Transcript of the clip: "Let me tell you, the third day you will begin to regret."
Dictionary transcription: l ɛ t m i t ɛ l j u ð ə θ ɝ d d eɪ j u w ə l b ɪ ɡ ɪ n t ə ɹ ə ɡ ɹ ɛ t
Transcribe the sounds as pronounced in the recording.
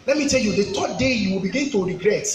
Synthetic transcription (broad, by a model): l ɛ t m i t ɛ l j u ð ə t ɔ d d eɪ j u w ə l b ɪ ɡ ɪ n t ə ɹ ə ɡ ɹ ɛ t